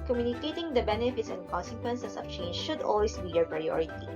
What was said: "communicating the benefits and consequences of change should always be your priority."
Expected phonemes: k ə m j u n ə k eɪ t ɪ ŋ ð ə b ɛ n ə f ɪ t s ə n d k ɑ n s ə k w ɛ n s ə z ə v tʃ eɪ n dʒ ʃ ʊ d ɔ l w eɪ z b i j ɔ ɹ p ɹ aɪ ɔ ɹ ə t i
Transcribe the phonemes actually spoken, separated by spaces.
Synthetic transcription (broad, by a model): k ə m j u n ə k eɪ t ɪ ŋ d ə b ɛ n ə f ɪ t s ə n d k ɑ n s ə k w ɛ n s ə s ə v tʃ eɪ n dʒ ʃ ʊ d ɔ l w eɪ s b i j ɔ ɹ p ɹ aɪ ɔ ɹ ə t i